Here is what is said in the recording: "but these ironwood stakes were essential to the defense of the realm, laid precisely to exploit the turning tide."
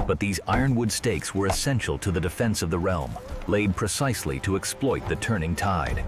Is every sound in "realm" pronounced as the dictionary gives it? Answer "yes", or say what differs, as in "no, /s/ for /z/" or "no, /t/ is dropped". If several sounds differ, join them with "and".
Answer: yes